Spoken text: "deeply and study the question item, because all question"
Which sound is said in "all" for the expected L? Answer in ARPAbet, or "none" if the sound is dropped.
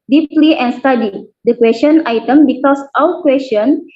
W